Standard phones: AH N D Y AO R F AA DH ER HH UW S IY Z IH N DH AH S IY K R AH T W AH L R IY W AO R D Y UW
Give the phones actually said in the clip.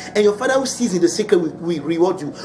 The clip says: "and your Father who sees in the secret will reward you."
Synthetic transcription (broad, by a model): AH N Y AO F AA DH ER HH UW S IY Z IH N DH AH S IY K AH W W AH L R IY W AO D Y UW